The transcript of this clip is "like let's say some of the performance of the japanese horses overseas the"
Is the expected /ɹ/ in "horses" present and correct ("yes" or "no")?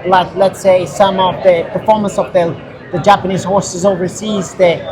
yes